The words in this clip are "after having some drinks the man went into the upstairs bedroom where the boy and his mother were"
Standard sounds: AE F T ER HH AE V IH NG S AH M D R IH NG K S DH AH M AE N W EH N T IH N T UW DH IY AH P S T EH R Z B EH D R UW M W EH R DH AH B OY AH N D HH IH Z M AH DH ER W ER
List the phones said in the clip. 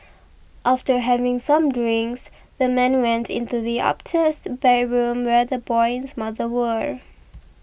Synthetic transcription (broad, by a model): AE F T ER HH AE V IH NG S AH M D R IH NG K S DH AH M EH N W EH N T IH N T UW DH IY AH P T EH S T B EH R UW M W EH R DH AH B OY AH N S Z M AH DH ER W ER